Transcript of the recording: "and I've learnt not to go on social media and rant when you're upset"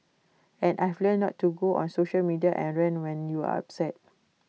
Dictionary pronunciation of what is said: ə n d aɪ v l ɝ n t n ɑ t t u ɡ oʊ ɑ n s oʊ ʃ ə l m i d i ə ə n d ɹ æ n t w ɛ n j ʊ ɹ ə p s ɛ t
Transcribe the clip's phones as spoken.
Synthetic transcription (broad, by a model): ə n aɪ f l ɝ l n ɑ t t u ɡ oʊ ɑ n s oʊ ʃ ə l m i d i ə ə n ɹ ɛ n w ɛ n j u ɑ ə p s ɛ t